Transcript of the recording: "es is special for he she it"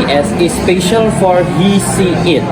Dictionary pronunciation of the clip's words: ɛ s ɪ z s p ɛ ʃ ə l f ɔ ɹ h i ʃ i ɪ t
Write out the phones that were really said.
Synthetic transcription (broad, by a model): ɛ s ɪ s p ɛ ʃ ə l f ɔ ɹ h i s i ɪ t